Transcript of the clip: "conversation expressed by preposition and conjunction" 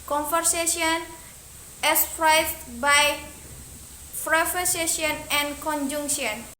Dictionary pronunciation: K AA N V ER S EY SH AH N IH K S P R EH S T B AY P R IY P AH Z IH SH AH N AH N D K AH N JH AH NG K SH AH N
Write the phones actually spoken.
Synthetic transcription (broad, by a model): K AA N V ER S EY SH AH N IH S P R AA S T B AY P R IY F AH S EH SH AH N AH N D K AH N JH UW NG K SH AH N